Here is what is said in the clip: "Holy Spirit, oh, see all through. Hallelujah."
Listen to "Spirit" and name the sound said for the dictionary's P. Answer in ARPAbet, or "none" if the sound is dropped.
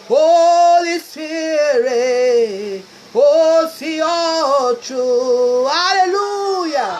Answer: none